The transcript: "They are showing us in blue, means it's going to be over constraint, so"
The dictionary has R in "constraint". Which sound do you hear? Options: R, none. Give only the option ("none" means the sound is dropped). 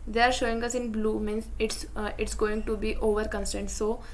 none